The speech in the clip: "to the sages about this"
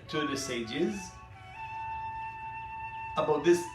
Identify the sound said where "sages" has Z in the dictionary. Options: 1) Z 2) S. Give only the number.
1